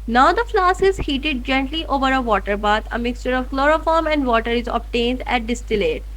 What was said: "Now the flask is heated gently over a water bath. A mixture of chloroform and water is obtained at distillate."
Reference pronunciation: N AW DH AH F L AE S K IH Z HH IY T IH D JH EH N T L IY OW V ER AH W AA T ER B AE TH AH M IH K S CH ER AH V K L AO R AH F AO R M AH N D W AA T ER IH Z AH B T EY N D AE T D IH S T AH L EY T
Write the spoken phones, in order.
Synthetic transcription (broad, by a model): N AW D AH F L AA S IH Z HH IY T IH D JH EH N T L IY OW V ER AH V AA T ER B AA T AH M IH K S CH ER AH V K L AO R AH F AO R M AH N D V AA T ER IH Z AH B T EY N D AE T D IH S T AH L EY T